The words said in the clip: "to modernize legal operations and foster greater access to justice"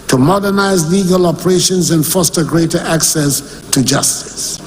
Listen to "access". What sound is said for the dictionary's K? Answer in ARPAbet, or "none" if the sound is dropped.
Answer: K